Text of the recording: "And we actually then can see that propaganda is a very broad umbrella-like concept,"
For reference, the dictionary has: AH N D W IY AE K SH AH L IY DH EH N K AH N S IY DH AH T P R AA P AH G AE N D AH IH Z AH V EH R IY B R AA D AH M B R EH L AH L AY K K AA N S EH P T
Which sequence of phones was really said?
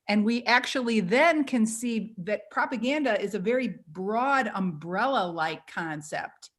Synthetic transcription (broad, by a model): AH N W IY AE K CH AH L IY DH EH N K AH N S IY DH AH T P R AA P AH G AE N D AH IH Z AH V EH R IY B R AA D AH M B R EH L AH L AY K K AA N S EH P T